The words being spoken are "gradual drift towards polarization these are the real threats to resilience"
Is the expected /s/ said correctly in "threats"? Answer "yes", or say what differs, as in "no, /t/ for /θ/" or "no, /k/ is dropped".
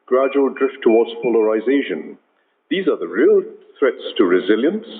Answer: yes